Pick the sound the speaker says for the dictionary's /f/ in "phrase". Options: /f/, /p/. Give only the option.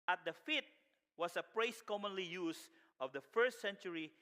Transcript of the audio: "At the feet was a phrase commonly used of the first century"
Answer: /p/